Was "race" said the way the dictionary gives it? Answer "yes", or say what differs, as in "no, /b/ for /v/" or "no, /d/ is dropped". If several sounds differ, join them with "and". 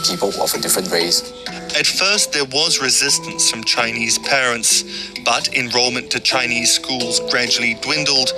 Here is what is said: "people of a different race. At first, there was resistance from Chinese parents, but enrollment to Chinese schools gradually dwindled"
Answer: no, /w/ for /ɹ/